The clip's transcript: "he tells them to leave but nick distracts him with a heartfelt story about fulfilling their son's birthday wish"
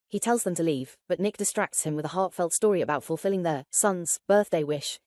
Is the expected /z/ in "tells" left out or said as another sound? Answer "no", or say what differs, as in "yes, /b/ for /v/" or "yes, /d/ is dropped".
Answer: no